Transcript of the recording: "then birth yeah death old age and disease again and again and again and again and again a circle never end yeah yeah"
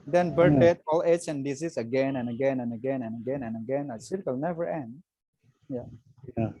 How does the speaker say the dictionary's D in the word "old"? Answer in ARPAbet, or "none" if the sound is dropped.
none